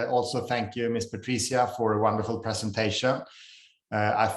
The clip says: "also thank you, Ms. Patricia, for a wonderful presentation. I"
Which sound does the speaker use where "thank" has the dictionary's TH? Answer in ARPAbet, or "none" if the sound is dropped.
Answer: TH